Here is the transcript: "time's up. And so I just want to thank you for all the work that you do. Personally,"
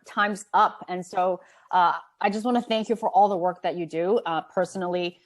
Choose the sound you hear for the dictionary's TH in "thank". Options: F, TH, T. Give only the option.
TH